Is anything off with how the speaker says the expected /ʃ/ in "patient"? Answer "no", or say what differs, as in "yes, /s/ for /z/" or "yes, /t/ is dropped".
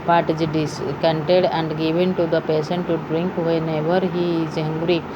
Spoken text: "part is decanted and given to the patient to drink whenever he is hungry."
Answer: yes, /s/ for /ʃ/